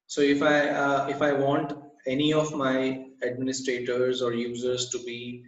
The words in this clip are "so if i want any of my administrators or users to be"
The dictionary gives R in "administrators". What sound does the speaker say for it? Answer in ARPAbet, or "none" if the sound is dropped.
R